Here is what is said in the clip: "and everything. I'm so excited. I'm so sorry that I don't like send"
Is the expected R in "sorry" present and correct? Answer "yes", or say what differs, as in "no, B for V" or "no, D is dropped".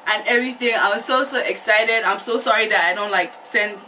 yes